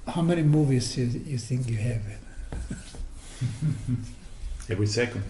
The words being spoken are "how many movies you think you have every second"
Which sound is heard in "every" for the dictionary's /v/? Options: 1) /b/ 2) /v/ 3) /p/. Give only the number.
2